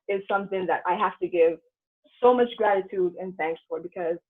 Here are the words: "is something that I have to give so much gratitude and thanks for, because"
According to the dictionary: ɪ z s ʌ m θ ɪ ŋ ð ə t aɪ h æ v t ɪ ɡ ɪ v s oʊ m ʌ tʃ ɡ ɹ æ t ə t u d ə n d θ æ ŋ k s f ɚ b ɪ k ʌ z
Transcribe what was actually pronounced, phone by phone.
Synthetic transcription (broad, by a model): ɪ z s ʌ m θ ɪ ŋ ð ə t aɪ h æ f t ɪ ɡ ɪ v s oʊ m ʌ tʃ ɡ ɹ æ t ə t u d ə n θ æ ŋ k s f ɚ b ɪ k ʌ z